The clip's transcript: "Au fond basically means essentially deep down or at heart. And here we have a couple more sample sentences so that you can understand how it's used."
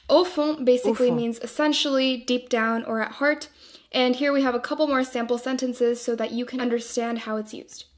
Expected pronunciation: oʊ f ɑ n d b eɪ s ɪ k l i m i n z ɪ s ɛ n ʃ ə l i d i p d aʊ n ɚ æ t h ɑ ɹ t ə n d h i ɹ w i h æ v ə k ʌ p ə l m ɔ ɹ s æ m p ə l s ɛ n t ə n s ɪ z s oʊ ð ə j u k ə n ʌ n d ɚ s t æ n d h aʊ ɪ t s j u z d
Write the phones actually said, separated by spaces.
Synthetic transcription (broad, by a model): oʊ f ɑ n b eɪ s ɪ k l i m i n z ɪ s ɛ n ʃ l i d i p d aʊ n ɚ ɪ t h ɑ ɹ t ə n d h i ɹ w i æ v ə k ʌ p l m ɔ ɹ s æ m p l s ɛ n t ə n s ɪ z s oʊ ð ə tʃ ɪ k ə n ʌ n d ɚ s t æ n d h aʊ ɪ t s j u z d